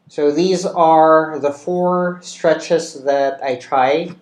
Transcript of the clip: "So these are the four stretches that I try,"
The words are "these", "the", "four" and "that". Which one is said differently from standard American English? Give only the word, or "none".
none